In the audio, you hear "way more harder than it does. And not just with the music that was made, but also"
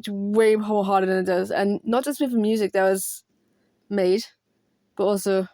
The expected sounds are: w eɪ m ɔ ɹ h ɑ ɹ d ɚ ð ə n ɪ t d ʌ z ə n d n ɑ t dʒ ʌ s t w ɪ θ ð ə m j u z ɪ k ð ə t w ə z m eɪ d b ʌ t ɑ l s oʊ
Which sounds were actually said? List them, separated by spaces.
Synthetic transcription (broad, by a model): w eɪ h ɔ l h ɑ ɹ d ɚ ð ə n ɪ t d ʌ z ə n n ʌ t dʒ ʌ s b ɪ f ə m j u z ɪ k ð ə t w ə z m eɪ d b ʌ t ɑ l s oʊ